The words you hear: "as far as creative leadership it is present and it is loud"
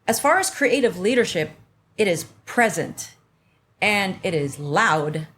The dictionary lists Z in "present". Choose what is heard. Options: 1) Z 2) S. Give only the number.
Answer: 1